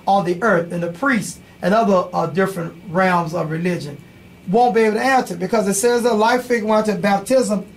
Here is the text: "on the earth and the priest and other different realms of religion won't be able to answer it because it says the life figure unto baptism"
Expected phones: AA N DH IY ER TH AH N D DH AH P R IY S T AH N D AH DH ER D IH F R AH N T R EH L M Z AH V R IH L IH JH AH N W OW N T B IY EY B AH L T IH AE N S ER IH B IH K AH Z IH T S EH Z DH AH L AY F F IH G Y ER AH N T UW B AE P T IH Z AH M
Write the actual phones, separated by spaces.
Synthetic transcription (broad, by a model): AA N DH IY ER TH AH N DH AH P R IY S T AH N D AH DH ER D IH F R AH N T R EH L M Z AH V R IH L IH JH AH N W OW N B IY EY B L T IH AE N S ER B IH K AH Z IH T S EH Z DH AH L AY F F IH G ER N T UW B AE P T IH Z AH M